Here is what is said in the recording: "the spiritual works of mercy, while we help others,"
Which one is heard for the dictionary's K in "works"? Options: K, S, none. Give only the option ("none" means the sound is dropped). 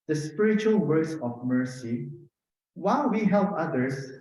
none